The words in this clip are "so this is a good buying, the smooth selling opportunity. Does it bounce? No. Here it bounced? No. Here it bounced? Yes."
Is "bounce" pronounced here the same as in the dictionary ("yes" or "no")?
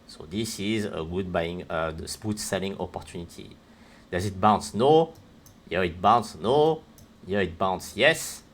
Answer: yes